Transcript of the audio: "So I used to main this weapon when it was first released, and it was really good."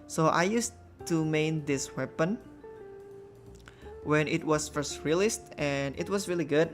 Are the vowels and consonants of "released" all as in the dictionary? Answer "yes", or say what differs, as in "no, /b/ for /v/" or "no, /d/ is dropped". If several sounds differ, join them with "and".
yes